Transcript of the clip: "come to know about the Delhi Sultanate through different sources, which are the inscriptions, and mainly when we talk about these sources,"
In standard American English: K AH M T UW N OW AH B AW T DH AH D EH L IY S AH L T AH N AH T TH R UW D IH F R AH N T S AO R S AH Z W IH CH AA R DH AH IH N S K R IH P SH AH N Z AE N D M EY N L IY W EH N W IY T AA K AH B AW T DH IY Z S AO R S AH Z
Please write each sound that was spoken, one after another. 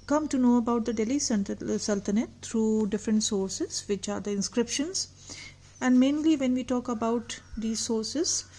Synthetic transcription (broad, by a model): K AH M T UW N OW AH B AW T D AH D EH L IY S AH L T AH N AH T T R UW D IH F R AH N T S AO R S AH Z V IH CH AA R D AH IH N S K R IH P SH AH N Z AE N D M EY N L IY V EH N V IY T AA K AH B AW T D IY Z S AO R S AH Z